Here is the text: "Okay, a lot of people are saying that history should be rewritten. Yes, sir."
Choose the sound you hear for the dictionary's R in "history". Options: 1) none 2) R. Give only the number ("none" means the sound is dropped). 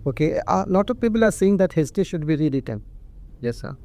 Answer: 1